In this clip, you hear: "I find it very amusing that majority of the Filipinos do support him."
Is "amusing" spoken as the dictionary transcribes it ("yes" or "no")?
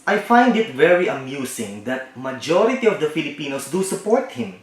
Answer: no